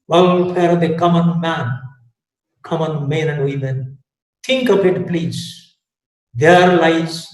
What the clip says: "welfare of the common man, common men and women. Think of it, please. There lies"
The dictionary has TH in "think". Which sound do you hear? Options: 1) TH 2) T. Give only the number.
2